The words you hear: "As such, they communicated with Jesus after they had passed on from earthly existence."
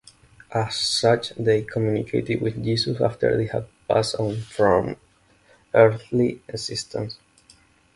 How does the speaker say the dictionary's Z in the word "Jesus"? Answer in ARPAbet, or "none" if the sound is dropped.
S